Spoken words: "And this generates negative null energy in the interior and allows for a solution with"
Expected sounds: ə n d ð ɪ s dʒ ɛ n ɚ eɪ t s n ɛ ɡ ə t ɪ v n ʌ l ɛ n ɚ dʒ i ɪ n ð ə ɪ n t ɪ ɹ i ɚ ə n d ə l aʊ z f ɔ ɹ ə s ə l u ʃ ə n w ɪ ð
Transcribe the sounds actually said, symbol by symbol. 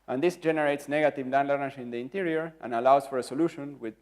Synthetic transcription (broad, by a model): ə n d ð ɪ s dʒ ɛ n ɚ eɪ t s n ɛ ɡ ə t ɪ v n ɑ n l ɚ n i ɪ n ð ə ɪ n t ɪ ɹ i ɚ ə n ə l aʊ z f ɔ ɹ ə s ə l u ʃ ə n w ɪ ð